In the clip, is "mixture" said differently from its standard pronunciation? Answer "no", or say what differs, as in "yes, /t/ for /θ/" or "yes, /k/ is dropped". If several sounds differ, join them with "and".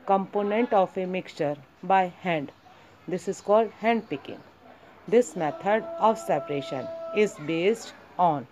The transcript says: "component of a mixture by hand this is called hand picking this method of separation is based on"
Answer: no